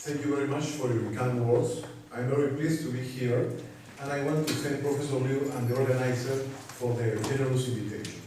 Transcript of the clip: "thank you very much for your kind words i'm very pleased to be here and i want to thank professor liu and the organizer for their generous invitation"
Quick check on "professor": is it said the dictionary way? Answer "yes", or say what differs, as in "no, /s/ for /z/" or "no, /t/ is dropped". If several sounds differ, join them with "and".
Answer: no, /ɹ/ is dropped